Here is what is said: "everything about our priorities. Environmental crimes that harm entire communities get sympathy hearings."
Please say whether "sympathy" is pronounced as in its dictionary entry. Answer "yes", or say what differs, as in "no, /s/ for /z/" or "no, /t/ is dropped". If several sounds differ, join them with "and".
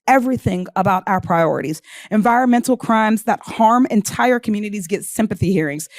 yes